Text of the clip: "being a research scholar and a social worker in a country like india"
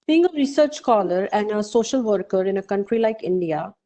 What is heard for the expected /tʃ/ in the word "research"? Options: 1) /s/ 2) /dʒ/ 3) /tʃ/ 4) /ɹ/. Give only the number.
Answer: 3